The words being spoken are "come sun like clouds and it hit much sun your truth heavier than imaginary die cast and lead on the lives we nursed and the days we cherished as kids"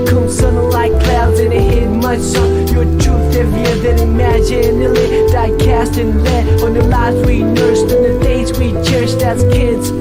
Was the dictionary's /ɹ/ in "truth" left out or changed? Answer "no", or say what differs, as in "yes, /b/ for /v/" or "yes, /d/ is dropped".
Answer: yes, /ɹ/ is dropped